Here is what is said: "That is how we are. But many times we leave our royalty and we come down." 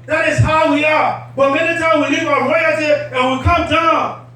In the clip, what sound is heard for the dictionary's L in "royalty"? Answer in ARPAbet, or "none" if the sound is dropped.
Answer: none